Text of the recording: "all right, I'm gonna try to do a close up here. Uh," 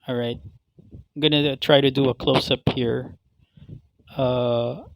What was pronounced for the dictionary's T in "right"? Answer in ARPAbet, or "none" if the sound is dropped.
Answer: T